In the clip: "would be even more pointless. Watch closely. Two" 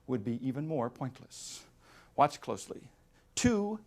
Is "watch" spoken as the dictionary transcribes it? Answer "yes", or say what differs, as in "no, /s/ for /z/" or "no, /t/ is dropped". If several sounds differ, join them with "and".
yes